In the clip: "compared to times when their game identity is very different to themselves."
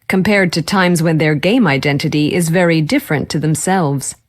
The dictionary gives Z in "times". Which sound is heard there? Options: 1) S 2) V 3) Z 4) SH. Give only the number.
3